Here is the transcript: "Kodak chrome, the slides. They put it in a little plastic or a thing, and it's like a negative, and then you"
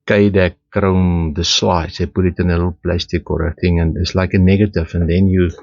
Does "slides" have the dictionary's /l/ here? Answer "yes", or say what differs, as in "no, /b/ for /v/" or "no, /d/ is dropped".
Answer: no, /w/ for /l/